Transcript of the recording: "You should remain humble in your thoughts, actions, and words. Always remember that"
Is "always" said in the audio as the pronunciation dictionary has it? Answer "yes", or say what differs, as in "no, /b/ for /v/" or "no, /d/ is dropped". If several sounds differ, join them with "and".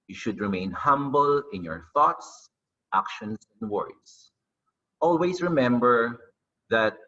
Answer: no, /s/ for /z/